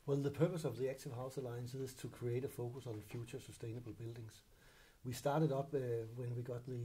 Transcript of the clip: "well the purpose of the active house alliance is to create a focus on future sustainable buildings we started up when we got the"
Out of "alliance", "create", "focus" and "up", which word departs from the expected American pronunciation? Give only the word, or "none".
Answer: up